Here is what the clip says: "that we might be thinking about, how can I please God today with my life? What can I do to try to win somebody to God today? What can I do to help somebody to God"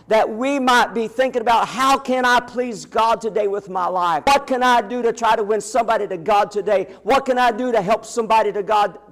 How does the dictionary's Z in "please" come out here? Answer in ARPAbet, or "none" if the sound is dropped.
Z